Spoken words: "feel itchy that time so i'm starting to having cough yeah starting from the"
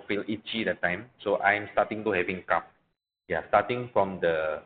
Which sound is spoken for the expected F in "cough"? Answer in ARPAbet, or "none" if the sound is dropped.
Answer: P